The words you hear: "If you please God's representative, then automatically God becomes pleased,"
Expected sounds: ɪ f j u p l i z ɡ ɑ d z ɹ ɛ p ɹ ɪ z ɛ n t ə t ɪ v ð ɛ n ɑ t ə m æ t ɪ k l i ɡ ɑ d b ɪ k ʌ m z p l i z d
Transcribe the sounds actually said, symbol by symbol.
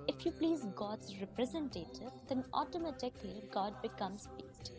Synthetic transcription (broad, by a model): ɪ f j u p l i z ɡ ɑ d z ɹ ɛ p ɹ ɪ z ɛ n t ə t ɪ v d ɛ n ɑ t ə m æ t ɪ k l i ɡ ɑ d b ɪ k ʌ m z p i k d